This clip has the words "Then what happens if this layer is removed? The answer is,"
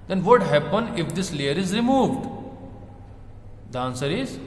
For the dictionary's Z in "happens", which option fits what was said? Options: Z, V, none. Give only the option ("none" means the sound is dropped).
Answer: none